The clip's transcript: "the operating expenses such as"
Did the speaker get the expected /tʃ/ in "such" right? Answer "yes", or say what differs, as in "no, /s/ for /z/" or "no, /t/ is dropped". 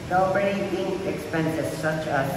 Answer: yes